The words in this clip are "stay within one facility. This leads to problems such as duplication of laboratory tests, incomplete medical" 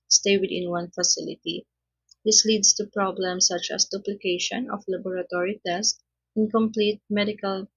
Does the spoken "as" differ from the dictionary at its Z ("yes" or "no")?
yes